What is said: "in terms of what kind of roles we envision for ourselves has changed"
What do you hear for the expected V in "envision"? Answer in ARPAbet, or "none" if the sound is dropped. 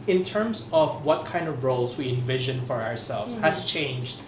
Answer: V